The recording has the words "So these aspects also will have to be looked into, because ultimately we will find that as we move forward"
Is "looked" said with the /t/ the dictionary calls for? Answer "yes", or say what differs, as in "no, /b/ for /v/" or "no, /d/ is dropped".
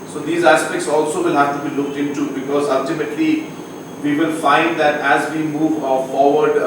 yes